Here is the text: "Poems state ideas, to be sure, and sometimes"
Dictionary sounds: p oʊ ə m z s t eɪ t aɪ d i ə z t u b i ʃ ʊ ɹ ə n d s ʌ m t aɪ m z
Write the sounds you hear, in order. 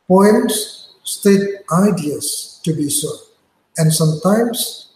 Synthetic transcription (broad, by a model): p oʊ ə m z s t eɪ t aɪ d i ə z t u b i s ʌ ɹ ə n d s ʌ m t aɪ m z